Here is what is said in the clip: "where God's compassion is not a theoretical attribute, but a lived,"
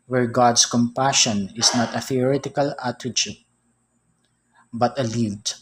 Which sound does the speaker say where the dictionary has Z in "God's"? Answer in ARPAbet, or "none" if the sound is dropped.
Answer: S